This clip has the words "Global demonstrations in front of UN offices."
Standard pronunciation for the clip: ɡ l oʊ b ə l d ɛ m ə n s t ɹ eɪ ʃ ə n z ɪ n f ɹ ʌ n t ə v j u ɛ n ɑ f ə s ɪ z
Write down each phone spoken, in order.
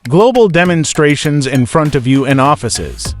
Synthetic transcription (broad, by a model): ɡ l oʊ b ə l d ɛ m ə n s t ɹ eɪ ʃ ə n z ɪ n f ɹ ʌ n t ə v j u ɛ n ɑ f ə s ɪ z